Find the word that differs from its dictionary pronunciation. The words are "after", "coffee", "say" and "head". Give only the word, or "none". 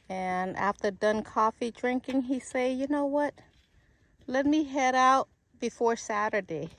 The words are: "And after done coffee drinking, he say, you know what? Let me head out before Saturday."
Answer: none